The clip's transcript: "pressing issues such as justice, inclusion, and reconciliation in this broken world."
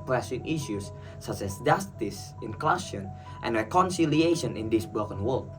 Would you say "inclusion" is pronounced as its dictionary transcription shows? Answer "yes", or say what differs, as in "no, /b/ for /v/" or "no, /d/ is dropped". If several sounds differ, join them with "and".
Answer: no, /ʃ/ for /ʒ/